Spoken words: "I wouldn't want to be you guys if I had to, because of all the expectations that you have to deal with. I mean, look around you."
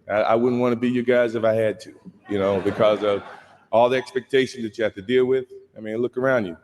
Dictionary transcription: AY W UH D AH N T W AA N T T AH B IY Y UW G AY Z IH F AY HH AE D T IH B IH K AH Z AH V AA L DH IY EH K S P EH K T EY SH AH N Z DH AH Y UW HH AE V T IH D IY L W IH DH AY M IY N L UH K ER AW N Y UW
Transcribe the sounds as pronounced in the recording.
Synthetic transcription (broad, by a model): AY W UH D N T W AA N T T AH B IY Y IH G AY Z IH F AY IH D T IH B IH K AH Z AH V AA L DH IY EH K S P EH K T EY SH N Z DH AH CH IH HH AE F T IH D IY L W IH DH AY M IY N L UH K ER AW N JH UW